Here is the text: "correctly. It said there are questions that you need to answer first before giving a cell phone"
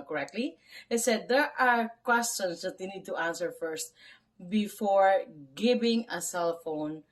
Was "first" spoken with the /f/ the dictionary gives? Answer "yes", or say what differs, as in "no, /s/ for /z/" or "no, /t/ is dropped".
yes